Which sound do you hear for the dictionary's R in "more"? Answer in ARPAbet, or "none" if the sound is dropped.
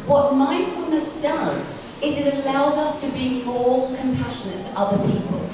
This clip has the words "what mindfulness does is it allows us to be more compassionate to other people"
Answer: L